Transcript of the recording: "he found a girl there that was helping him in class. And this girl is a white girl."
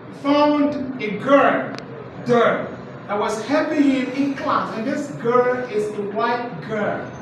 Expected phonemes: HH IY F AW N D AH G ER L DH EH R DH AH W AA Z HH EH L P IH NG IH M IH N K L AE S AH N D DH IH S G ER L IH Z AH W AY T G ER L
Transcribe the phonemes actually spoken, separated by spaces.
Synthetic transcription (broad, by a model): F AW N D AH G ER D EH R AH W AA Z HH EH P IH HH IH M IH N K L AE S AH N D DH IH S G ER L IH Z AH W AY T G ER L